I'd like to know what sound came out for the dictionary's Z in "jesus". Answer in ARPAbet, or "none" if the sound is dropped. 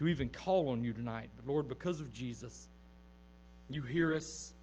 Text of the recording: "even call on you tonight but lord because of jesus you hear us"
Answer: Z